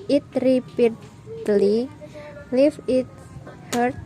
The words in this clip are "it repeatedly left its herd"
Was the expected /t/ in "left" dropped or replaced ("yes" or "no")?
yes